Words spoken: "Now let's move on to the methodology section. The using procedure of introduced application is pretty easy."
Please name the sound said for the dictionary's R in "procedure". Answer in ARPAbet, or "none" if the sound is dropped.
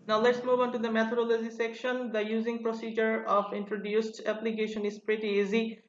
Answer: R